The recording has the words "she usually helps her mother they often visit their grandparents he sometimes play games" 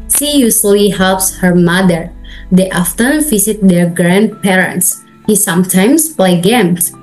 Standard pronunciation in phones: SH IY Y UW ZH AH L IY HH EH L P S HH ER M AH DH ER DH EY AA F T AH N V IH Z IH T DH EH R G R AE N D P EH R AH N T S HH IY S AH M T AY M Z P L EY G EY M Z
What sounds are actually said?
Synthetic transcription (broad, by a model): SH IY Y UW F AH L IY HH EH L P S HH ER M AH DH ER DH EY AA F T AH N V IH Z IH T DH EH R G R AE N D P EH R AH N T S HH IY S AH M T AY M S P L EY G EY M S